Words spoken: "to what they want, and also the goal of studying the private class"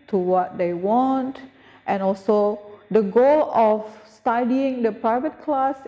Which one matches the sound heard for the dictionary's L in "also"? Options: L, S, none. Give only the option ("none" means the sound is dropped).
L